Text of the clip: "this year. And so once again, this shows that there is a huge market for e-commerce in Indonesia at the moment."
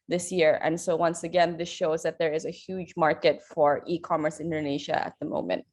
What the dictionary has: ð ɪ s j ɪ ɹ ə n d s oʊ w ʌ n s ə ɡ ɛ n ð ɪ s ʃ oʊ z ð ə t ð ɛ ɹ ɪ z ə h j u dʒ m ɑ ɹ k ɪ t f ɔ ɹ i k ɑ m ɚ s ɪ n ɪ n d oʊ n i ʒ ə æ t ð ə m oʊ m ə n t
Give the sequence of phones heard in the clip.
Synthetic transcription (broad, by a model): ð ɪ s j ɪ ɹ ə n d s oʊ w ʌ n s ə ɡ ɛ n ð ɪ s ʃ oʊ z ð ə t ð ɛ ɹ ɪ z ə h j u dʒ m ɑ ɹ k ɪ t f ɔ ɹ i k ɑ m ɚ s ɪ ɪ n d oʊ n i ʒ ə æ t ð ə m oʊ m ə n t